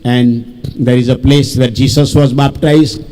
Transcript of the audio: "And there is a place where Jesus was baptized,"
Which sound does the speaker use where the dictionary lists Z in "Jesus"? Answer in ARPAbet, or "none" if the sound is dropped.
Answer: S